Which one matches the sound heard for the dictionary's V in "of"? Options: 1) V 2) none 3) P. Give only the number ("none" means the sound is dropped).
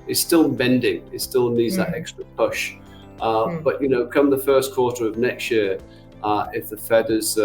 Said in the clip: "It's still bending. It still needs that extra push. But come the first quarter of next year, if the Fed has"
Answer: 1